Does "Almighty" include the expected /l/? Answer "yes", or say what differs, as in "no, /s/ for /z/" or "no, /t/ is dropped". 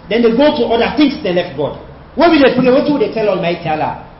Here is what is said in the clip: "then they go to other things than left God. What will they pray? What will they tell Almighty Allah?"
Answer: yes